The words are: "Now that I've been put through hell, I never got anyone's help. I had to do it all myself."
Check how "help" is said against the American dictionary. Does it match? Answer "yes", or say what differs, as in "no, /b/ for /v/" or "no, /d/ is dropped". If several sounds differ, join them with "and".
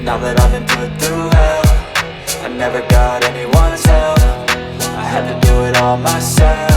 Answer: no, /p/ is dropped